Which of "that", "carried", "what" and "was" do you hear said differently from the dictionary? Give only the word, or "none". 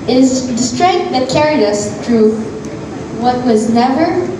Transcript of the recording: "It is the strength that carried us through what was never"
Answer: none